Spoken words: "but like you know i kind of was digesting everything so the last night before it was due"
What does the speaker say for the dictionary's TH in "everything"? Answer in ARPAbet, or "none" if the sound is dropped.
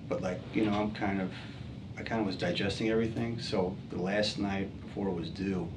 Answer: TH